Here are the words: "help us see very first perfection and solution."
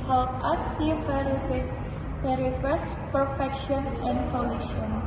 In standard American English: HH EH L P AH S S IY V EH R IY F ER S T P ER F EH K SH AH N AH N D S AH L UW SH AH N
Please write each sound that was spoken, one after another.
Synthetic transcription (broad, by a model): HH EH L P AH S S IY P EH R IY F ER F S P ER F EH K SH AH N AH N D S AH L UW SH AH N